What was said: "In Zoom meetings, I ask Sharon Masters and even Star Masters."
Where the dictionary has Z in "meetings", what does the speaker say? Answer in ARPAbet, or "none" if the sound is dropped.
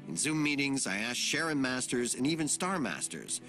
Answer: Z